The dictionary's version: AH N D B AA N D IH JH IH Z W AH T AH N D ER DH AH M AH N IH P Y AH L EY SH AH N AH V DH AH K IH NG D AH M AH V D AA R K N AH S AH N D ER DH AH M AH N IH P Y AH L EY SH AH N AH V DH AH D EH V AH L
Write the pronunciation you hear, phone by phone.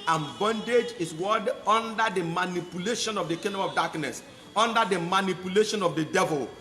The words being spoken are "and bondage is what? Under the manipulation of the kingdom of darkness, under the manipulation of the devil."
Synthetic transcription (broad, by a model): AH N B AA N D IH JH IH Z W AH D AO N D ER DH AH M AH N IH P Y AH L EY SH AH N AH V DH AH K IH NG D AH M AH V D AA K N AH S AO N D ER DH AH M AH N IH P Y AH L EY SH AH N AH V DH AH D EH V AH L